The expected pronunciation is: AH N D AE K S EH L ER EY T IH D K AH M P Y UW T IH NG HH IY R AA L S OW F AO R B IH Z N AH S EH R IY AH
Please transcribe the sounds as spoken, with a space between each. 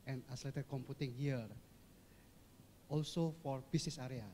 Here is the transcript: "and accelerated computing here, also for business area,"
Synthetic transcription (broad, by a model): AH N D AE S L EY T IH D K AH M P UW T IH NG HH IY R AA L S OW F AO R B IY S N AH S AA R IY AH